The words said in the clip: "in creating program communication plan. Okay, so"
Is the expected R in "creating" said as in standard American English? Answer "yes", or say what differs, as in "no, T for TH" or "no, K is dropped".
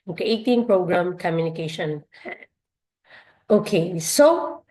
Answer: no, R is dropped